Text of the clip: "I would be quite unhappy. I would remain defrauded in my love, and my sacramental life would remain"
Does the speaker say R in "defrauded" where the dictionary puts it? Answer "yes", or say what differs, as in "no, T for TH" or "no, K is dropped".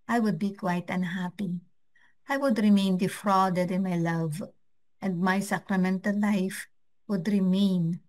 yes